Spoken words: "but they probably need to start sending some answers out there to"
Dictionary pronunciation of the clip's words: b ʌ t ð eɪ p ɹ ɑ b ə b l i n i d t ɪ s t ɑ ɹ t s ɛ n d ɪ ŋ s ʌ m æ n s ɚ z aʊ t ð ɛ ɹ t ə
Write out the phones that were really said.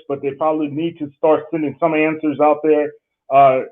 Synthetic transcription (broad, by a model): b ʌ t ð eɪ p ɹ ɑ b ə b l i n i d t ɪ s t ɑ ɹ t s ɛ n d ɪ ŋ s ʌ m æ n s ɚ z aʊ t ð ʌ ɹ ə